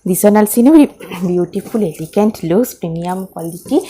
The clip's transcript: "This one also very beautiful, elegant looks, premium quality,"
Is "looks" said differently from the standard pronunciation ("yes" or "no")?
yes